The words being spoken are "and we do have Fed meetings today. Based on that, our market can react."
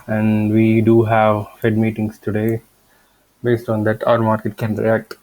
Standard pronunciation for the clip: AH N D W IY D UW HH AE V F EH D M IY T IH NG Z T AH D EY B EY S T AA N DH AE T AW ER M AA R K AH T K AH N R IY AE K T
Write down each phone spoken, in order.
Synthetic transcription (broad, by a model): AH N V IY D UW HH AE V F EH D M IY T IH NG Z T AH D EY B EY S T AA N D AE T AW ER M AA R K AH T K AH N R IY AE K T